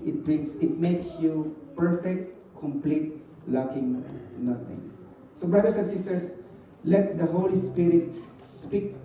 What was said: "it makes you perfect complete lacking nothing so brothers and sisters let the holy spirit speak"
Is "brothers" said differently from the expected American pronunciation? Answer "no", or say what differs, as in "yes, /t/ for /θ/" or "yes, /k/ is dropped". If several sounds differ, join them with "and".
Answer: yes, /s/ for /z/